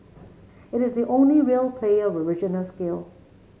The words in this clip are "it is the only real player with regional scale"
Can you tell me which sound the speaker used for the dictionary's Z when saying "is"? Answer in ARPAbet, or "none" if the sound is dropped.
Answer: Z